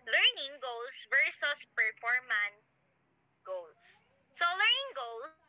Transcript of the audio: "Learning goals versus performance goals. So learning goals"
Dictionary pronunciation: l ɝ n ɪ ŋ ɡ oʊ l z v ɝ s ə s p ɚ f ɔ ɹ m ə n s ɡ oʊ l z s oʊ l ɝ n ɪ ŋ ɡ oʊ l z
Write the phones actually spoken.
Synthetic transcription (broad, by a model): l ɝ n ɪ ŋ ɡ oʊ l s v ɝ s ə s p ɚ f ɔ ɹ m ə n ɡ oʊ l s oʊ l ɝ n ɪ ŋ ɡ oʊ l